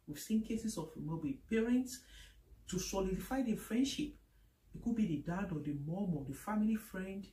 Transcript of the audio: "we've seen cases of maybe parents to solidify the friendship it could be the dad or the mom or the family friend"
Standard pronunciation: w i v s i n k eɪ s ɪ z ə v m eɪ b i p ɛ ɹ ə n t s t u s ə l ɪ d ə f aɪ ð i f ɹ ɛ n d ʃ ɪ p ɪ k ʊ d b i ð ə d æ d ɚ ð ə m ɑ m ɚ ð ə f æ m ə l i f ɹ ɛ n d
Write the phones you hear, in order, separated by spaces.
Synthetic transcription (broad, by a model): w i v s i n k eɪ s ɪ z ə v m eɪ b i p ɛ ɹ ə n t s t u s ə l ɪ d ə f aɪ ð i f ɹ ɛ n d ʃ ɪ p ɪ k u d b i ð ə d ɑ d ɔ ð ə m ɑ m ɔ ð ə f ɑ m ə l i f ɹ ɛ n d